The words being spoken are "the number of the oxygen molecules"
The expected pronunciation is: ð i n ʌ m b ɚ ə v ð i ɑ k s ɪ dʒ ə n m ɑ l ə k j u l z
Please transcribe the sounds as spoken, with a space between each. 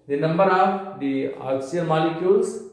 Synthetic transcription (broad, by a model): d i n ʌ m b ɚ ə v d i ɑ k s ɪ ə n m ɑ l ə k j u l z